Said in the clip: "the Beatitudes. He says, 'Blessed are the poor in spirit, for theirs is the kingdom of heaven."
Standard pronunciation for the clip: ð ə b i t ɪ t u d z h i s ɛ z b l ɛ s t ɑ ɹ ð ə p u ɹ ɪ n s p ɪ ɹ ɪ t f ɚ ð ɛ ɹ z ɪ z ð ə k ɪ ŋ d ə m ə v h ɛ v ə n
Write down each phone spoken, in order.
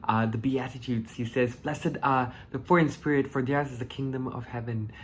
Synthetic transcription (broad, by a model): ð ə b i t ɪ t u d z h i s ɛ z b l ɛ s ɪ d ð ə f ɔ ɹ ɪ n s p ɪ ɹ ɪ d f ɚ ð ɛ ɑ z ɪ z ð ə k ɪ ŋ d ə m ə v h ɛ v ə n